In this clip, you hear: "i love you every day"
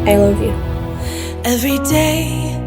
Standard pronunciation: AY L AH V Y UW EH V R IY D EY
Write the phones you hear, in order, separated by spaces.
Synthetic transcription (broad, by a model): AY L AH V Y UW EH V R IY D EY